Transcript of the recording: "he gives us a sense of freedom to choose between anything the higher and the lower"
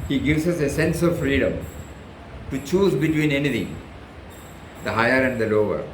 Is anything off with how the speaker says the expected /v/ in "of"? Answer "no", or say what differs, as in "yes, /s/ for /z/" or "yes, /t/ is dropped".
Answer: no